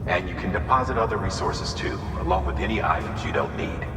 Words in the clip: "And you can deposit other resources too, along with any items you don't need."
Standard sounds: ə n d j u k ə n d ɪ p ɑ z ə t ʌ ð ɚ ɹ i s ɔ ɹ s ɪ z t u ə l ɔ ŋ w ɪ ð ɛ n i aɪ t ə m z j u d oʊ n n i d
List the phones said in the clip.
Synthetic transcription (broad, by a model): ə n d j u k ə n d ɪ p ɑ z ə t ʌ ð ɚ ɹ i s ɔ ɹ s ɪ z t u ə l ɔ ŋ w ɪ ð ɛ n i aɪ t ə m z j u d oʊ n n i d